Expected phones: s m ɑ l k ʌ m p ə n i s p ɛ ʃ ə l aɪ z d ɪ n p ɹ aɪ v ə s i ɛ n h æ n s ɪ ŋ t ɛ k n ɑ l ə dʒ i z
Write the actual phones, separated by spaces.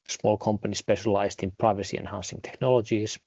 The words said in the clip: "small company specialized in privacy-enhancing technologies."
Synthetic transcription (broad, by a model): s m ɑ l k ʌ m p ə n i s p ɛ ʃ ə l aɪ z d ɪ n p ɹ aɪ v ə s i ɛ n h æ n s ɪ ŋ t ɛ k n ɑ l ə dʒ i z